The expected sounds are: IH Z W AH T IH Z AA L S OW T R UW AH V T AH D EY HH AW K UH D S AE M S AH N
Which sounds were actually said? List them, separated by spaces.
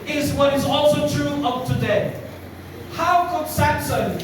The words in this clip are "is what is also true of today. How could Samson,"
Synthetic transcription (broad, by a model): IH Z W AH T IH Z AA L S OW T R UW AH P T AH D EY HH AW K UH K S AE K S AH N